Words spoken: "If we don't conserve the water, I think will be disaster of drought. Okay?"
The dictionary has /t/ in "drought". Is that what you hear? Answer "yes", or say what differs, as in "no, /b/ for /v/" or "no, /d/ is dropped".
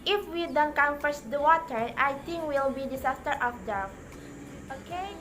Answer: no, /t/ is dropped